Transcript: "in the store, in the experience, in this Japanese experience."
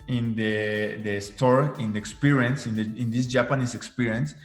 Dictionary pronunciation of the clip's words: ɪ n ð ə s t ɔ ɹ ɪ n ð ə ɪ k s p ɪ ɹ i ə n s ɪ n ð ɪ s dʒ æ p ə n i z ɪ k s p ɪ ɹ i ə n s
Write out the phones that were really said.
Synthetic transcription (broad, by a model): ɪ n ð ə s t ɔ ɹ ɪ n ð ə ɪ k s p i ɹ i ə n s ɪ n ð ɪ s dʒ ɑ p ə n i s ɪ k s p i ɹ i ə n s